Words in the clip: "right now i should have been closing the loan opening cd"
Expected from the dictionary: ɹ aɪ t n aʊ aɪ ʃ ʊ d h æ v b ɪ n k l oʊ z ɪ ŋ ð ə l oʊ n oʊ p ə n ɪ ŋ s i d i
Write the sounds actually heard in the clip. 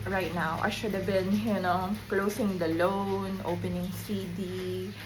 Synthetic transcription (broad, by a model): ɹ aɪ t n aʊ aɪ ʃ ʊ d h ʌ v b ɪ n k l oʊ s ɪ ŋ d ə l oʊ n oʊ p ə n ɪ ŋ s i d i